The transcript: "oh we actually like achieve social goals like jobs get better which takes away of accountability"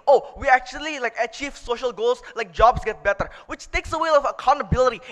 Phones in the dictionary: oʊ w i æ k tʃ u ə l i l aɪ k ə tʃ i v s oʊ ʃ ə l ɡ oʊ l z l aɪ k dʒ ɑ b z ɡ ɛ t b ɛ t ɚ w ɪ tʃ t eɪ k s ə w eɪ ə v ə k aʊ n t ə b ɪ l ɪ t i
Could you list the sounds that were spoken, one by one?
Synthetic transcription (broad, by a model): oʊ w i æ k tʃ u ə l i l aɪ k ə tʃ i v s oʊ ʃ ə l ɡ oʊ l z l aɪ k dʒ ɑ b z ɡ ɛ t b ɛ t ɚ w ɪ tʃ t eɪ k s ə w eɪ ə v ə k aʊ n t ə b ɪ l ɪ t i